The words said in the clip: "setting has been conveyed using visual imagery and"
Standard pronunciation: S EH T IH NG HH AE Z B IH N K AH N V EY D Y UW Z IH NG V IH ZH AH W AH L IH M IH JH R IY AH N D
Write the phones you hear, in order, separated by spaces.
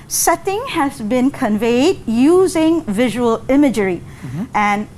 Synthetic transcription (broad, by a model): S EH T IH NG HH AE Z B IH N K AH N V EY D Y UW Z IH NG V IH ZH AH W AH L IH M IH JH R IY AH N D